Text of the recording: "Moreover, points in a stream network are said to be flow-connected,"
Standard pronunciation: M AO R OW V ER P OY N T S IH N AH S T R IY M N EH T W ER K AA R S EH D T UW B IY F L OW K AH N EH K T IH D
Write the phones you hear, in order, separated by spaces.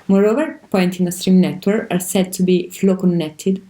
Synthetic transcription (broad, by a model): M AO R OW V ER P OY N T IH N AH S T R IY M N EH T W ER K AA R S EH D T UW B IY F L OW K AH N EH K T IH D